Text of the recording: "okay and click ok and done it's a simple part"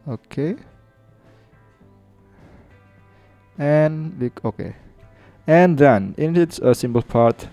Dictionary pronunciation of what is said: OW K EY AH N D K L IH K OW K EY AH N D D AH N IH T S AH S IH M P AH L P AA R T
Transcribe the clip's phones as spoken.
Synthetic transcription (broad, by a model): OW K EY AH N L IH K OW K EY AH N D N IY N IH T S AH S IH M B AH L P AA R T